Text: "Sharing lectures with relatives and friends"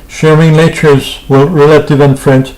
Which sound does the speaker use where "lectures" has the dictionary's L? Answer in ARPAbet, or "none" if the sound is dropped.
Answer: N